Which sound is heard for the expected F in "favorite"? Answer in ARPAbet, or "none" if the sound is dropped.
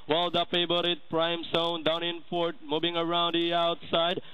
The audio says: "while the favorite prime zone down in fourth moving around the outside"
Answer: P